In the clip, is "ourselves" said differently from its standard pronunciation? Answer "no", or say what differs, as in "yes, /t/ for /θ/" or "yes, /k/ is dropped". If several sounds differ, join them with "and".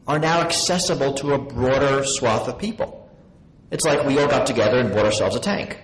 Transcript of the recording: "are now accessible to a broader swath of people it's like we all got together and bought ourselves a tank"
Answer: no